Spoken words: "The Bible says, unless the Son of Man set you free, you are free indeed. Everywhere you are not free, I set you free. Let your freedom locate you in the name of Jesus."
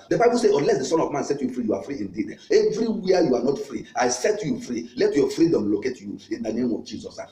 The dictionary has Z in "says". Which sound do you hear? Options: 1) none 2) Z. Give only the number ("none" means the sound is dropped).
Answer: 1